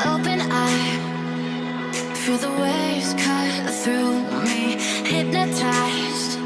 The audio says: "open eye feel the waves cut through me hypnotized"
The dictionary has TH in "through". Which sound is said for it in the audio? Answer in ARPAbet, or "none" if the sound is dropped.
TH